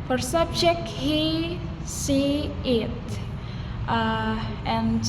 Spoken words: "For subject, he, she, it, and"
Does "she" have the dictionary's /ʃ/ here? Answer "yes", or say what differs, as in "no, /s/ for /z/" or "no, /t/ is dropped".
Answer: no, /s/ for /ʃ/